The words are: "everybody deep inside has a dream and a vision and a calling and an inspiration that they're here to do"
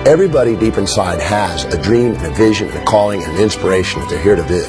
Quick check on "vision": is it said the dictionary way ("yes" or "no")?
yes